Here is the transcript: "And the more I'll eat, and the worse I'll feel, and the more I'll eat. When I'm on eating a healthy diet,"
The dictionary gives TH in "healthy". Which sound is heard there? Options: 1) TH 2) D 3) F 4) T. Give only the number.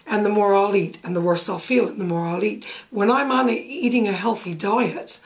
1